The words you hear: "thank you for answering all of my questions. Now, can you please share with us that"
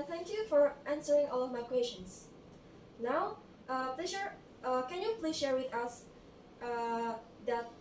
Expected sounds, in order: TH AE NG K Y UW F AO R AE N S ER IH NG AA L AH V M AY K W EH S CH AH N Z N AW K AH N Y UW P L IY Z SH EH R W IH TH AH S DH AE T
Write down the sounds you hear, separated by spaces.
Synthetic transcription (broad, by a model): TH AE NG K Y UW F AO R AE N S ER IH NG AA L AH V M AY K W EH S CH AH N S N AW K AH N Y UW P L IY SH EH R W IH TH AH S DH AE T